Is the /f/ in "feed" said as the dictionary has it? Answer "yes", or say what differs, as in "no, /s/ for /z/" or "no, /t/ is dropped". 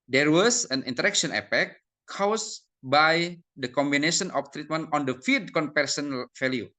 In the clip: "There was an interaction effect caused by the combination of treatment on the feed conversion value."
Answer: yes